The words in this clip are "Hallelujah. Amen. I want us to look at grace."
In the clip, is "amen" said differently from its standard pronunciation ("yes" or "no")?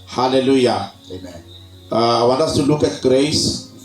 yes